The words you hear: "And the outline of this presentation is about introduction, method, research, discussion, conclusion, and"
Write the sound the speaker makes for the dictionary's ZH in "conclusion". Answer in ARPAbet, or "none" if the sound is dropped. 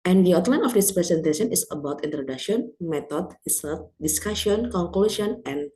S